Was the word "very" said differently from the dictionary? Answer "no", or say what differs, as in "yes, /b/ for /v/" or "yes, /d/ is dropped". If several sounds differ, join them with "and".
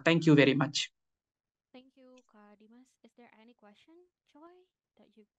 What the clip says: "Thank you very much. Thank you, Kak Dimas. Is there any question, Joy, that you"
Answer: no